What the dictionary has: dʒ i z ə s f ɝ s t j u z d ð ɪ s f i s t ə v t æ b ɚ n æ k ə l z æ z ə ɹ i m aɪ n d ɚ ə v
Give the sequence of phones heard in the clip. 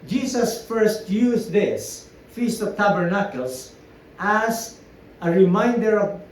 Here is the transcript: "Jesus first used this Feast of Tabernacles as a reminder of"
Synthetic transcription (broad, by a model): dʒ i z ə s f ɝ s t j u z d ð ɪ s f i s t ə v t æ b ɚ n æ k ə l s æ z ə ɹ i m aɪ n d ɚ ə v